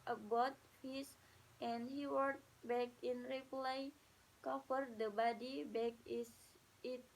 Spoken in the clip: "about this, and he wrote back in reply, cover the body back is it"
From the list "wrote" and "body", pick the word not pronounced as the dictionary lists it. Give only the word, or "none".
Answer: wrote